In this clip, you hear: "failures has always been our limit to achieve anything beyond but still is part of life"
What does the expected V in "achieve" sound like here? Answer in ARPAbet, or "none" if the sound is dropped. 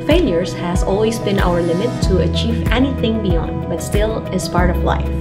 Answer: V